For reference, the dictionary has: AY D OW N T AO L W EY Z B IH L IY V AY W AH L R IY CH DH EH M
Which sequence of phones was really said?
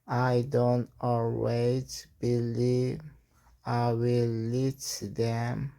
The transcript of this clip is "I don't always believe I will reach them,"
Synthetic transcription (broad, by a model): AY D OW N T AO L W EY Z B IH L IY V AY W AH L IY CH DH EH M